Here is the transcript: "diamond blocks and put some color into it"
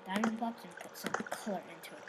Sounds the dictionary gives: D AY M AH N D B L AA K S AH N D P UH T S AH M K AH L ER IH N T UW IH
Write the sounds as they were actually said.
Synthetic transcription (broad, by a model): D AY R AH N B AA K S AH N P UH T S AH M K AH L ER IH N T UW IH